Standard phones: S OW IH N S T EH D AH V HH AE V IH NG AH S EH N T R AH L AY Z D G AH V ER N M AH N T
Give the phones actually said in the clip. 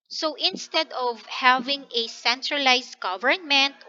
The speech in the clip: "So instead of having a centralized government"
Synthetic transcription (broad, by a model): S OW IH N S T EH D AH V HH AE V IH NG AH S EH N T R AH L AY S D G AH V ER N M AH N T